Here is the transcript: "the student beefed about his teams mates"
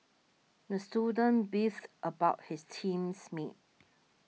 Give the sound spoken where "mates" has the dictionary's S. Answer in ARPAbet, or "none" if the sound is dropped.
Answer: none